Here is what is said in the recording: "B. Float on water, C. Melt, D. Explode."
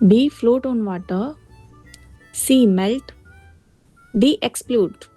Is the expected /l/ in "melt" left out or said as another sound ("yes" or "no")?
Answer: no